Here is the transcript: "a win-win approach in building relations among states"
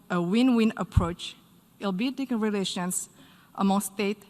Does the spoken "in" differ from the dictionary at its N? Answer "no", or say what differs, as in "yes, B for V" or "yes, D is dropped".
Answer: yes, L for N